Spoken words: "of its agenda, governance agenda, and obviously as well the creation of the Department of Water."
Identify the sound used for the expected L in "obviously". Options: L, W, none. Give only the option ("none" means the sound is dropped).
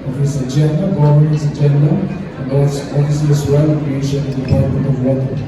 none